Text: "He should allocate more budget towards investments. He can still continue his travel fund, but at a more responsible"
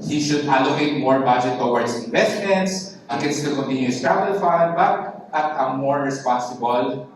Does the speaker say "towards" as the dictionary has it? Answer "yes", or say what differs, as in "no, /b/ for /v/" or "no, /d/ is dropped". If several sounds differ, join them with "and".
no, /s/ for /z/